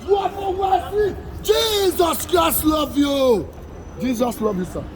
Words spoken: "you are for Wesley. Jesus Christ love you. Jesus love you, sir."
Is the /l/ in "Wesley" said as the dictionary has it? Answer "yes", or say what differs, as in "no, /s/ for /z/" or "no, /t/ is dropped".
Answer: no, /l/ is dropped